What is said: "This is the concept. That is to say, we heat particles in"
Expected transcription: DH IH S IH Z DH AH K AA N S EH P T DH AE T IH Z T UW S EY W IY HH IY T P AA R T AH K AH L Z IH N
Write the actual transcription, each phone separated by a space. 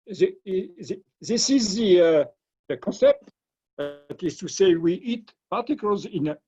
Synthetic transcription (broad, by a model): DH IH S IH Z DH AH K AA N S EH P T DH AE T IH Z T UW S EY W IY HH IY T P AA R T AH K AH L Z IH N